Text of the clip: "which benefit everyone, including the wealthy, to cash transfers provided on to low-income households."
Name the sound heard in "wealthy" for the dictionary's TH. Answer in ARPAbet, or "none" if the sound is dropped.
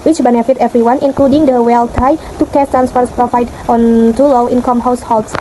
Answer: T